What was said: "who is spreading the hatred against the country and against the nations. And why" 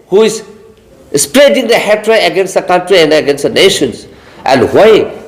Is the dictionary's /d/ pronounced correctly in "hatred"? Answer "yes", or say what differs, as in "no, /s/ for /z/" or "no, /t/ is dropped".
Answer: no, /d/ is dropped